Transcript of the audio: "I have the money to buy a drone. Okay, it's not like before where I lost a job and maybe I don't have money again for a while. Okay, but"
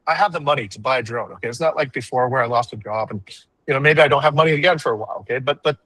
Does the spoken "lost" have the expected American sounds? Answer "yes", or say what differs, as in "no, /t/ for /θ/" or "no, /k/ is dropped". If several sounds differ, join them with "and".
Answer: yes